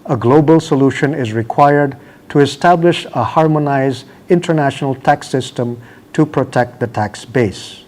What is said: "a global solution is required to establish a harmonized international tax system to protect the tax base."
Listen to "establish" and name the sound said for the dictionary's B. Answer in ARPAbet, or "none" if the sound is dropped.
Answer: B